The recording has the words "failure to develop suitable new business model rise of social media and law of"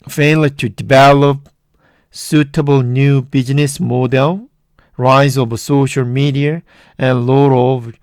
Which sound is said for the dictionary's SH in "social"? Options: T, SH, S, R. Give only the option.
SH